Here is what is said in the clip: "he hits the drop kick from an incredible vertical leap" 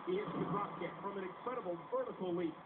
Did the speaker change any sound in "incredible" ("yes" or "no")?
yes